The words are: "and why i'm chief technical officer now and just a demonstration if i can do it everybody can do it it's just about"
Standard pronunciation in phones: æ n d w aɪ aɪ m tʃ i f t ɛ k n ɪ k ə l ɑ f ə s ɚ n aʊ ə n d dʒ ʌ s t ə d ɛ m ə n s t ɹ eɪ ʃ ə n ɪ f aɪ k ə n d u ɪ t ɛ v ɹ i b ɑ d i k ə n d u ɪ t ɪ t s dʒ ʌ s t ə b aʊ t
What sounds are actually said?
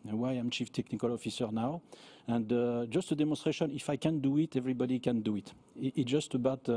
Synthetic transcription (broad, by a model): w aɪ aɪ m tʃ i f t ɛ k n ɪ k ə l ɑ f ə s ɚ n aʊ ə n d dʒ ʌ s t ə d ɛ m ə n s t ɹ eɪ ʃ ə n ɪ f aɪ k ə n d u ɪ t ɛ v ɹ i b ɑ d i k ə n d u ɪ t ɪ t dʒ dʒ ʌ s t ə b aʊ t